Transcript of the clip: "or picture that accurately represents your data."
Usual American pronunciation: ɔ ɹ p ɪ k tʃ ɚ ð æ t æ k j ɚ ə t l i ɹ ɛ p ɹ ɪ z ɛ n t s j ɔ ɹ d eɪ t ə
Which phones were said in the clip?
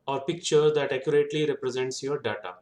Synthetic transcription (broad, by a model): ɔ ɹ p ɪ k tʃ ɚ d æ t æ k j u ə t l i ɹ ɛ p ɹ ɪ z ɛ n t s j ɔ ɹ d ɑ t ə